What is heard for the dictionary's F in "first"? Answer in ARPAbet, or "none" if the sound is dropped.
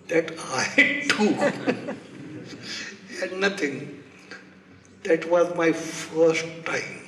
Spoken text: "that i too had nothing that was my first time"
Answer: F